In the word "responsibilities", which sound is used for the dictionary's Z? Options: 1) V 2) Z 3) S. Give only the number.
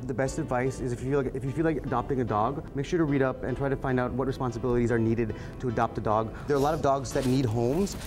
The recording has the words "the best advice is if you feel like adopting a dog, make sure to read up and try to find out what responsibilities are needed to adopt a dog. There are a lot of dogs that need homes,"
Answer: 2